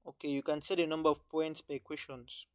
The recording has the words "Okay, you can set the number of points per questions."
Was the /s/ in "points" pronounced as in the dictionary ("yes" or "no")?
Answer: yes